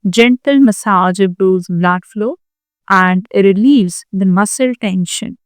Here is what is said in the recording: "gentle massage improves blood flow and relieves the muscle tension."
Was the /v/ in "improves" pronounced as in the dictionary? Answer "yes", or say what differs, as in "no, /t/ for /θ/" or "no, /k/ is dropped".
no, /v/ is dropped